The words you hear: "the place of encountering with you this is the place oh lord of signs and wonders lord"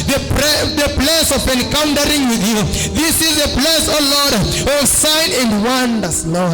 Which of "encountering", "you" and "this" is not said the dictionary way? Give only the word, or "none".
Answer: none